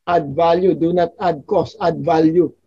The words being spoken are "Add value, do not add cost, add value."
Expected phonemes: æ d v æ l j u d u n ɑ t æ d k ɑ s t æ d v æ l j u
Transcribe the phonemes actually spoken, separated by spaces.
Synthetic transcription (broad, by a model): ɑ d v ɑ l j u d u n ɑ t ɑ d k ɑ s ɑ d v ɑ l j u